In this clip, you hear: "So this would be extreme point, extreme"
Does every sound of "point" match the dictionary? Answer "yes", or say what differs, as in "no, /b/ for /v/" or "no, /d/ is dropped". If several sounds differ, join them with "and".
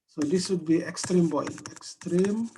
no, /b/ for /p/